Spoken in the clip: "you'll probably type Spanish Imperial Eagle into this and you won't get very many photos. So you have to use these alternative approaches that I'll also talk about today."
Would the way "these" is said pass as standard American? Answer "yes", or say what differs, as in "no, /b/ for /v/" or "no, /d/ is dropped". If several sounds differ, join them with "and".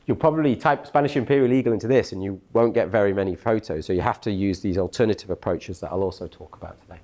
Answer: yes